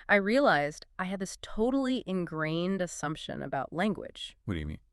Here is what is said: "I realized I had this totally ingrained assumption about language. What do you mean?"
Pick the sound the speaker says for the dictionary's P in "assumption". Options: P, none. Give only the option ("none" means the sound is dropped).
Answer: P